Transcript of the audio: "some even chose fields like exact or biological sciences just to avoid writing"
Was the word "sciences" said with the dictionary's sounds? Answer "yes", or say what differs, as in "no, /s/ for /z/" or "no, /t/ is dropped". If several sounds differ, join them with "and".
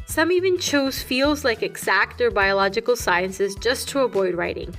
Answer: yes